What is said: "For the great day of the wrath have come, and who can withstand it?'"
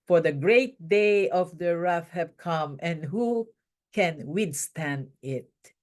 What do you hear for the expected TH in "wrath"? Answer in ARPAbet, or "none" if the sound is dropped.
F